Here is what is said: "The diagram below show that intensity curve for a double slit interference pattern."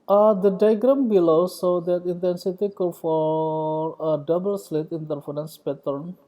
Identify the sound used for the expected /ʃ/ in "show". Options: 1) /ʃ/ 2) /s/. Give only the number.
2